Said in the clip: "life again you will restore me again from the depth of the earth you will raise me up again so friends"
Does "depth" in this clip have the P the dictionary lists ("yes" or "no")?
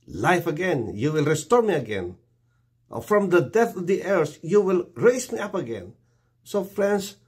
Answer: no